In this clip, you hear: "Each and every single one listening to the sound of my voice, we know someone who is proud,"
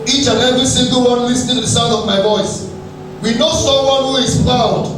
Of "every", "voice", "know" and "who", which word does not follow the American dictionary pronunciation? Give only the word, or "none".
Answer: none